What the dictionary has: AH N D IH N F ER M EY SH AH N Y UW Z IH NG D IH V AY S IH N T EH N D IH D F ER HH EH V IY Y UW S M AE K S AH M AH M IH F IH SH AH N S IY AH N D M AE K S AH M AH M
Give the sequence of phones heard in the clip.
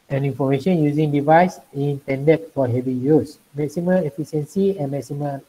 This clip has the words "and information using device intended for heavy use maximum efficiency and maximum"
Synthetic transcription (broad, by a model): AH N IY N F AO M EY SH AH N Y UW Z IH NG D IH V AY S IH N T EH N D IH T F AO HH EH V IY Y UW S M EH K S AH M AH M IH F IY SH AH N S IY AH N M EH K S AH M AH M